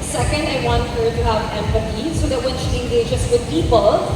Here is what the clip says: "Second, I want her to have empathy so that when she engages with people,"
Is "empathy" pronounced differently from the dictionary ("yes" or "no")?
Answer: yes